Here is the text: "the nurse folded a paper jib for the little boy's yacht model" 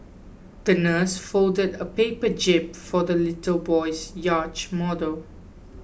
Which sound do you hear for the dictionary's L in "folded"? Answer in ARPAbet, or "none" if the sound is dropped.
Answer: L